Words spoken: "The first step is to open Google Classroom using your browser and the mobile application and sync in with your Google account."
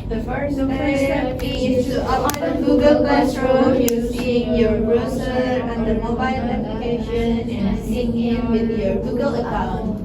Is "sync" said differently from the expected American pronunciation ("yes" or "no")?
yes